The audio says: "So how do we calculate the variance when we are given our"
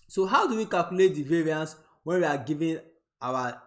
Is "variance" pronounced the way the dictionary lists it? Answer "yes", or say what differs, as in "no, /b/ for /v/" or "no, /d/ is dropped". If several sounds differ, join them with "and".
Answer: yes